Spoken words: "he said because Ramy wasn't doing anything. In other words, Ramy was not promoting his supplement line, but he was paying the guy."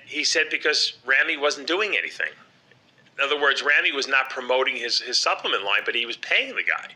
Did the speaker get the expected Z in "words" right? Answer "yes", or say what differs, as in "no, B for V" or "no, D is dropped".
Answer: yes